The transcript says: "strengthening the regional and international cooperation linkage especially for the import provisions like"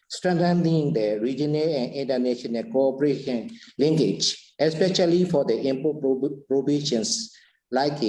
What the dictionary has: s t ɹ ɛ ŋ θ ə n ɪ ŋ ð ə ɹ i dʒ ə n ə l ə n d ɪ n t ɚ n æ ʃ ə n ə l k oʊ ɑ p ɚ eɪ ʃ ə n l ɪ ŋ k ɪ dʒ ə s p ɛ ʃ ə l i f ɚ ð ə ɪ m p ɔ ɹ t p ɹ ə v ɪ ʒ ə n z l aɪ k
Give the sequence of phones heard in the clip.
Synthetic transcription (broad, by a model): s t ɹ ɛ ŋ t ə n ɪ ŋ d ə ɹ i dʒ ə n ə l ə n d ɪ n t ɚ n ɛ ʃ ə n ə n k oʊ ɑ p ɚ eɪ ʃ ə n l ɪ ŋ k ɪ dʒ ə s p ɛ ʃ ə l i f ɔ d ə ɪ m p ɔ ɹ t p ɹ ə b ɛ ʃ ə n s l aɪ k